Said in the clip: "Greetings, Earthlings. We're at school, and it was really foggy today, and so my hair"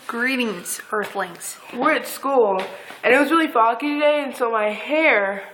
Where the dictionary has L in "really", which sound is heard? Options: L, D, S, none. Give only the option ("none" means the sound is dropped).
L